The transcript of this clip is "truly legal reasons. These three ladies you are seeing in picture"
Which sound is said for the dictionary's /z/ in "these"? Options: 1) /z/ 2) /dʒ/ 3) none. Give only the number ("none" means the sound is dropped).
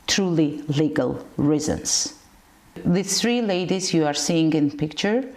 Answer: 3